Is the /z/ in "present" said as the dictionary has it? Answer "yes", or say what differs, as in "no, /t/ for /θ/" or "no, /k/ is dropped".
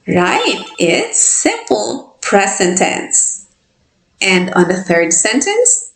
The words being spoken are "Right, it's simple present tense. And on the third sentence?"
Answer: no, /s/ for /z/